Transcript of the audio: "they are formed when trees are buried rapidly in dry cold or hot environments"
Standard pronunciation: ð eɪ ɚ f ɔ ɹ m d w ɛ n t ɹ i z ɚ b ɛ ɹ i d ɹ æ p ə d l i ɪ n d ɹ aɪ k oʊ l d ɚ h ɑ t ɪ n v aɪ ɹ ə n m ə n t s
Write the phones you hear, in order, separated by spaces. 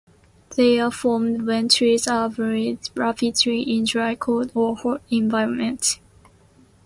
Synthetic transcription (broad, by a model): ð eɪ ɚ f ɔ m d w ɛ n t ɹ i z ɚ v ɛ ɹ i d ɹ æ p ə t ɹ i ɪ n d ɹ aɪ k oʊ d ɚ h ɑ ɪ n v aɪ ɹ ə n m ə n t